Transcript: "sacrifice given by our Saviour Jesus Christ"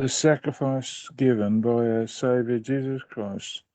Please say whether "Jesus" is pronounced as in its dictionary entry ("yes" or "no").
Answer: yes